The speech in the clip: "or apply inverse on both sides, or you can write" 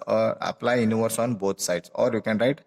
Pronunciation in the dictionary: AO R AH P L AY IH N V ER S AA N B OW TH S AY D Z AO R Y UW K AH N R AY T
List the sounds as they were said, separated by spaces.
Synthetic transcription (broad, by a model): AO R AH P L AY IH N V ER S AA N B OW T S AY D S AO R Y UW K AH N R AY T